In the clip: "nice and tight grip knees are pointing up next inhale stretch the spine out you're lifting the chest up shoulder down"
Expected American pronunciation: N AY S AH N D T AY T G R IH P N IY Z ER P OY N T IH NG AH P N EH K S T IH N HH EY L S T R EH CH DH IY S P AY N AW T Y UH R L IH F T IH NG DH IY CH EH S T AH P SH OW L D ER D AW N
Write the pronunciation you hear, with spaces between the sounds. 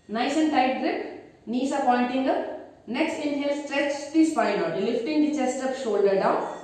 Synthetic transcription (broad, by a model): N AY S AH N D T AY T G R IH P N IY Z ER P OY N T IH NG AH P N EH K S T IH N HH EY L S T R EH CH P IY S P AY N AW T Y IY L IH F T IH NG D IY CH EH S T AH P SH OW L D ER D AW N